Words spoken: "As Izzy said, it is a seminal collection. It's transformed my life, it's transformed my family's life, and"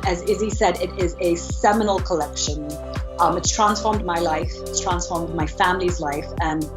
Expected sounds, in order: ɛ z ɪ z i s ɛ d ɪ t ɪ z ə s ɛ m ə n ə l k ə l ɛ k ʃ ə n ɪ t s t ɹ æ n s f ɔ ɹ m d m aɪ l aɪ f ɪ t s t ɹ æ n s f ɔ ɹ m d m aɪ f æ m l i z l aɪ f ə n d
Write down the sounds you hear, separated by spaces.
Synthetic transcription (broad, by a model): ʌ z ɪ z i s ɛ d ɪ t ɪ z ə s ɛ m ə n ə l k ə l ɛ k ʃ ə n ɪ t s t ɹ æ n s f ɔ ɹ m d m aɪ l aɪ f ɪ t s t ɹ æ n s f ɔ ɹ m d m aɪ f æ m l i z l aɪ f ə n